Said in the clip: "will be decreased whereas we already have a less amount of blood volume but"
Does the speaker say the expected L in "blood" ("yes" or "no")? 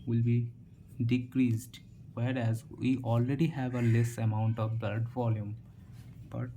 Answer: no